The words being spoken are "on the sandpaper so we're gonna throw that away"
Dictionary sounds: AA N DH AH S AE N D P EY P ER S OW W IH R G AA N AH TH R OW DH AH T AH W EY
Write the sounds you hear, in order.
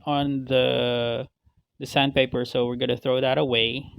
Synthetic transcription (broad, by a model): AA N DH AH S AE N P EY P ER S OW W IH R G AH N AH TH R OW DH AH T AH W EY